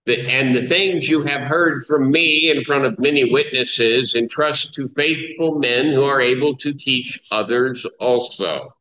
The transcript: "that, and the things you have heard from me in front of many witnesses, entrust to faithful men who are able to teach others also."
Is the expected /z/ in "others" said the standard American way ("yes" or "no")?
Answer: yes